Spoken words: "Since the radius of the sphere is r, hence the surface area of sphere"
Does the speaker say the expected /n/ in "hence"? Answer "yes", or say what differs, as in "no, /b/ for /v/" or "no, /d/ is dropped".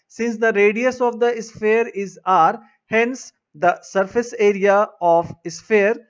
yes